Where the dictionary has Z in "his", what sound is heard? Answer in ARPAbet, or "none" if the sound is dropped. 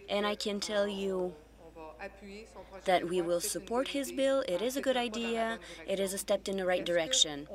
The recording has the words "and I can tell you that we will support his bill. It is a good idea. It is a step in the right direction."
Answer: Z